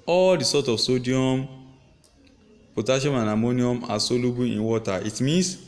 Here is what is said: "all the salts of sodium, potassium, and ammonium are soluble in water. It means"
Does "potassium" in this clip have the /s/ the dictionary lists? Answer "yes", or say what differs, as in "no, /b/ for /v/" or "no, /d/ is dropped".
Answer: no, /ʃ/ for /s/